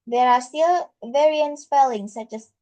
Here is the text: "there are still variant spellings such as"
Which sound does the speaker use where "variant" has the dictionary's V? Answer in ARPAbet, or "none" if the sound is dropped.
V